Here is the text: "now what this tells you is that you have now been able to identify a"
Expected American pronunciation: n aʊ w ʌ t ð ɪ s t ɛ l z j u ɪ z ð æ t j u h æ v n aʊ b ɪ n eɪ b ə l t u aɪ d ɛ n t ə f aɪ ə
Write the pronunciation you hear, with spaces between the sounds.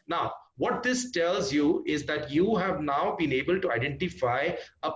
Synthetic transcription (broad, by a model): n aʊ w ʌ t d ɪ s t ɛ l z j u ɪ z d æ t j u h æ v n aʊ b ɪ n eɪ b ə l t u aɪ d ɛ n t ə f aɪ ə